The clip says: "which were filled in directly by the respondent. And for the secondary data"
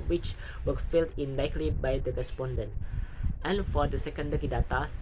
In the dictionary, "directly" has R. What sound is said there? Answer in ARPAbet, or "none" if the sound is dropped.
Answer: none